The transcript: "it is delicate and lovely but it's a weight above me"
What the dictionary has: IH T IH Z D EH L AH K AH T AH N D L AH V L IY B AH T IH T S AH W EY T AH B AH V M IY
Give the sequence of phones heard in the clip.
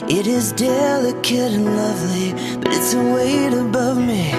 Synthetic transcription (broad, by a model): IH T IH Z D EH L AH K AH T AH N L AH V L IY B AH T IH T S AH W EY T AH B AH V M IY